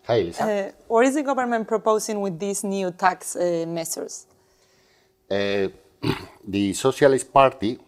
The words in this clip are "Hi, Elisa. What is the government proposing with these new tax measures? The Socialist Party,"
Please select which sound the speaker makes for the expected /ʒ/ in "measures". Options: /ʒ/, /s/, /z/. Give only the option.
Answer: /s/